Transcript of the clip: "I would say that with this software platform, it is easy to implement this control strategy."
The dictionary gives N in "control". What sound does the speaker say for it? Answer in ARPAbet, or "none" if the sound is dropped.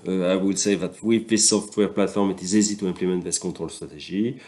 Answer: none